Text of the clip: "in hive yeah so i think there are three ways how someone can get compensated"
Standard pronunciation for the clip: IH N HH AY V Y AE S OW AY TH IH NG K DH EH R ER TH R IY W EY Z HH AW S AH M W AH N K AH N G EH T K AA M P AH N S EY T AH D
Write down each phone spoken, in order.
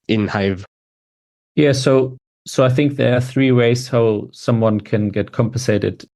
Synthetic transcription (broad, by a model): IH N HH AY V Y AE S OW AY TH IH NG K DH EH R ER TH R IY W EY Z HH AW S AH M W AH N K AH N G EH T K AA M P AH N S EY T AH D